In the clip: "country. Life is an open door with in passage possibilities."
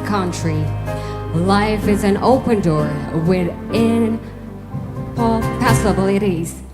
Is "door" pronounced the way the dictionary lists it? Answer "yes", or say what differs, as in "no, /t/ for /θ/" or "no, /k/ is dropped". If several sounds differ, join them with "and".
yes